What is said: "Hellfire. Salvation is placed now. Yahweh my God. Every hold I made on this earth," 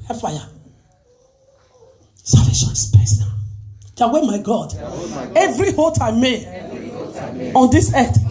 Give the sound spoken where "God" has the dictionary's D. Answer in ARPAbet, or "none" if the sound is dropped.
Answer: D